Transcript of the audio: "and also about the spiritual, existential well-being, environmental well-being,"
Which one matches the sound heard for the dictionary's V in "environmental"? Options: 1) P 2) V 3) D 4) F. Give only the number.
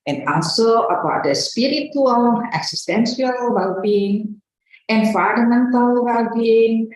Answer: 4